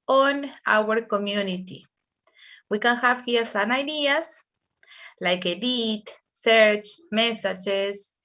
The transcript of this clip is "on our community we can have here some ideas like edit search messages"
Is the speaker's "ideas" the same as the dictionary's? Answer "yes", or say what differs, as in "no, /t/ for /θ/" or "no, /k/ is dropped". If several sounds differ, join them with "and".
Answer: no, /s/ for /z/